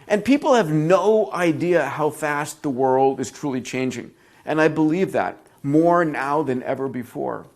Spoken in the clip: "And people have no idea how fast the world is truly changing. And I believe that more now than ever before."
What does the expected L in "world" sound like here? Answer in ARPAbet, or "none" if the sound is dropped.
L